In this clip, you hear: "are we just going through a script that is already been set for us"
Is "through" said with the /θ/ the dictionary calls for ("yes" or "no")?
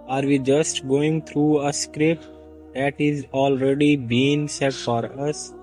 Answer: no